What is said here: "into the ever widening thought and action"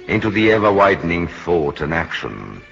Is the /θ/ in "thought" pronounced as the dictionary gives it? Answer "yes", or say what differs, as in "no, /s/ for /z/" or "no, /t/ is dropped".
yes